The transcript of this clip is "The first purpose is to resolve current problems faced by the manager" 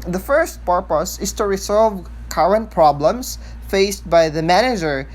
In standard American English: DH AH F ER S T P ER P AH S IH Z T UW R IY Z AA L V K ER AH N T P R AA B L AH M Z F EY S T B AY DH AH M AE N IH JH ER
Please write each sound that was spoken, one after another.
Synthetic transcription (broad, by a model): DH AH F ER S T P ER P AH S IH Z T UW R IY S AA L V K ER AH N T P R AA B L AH M S F EY S T B AY DH AH M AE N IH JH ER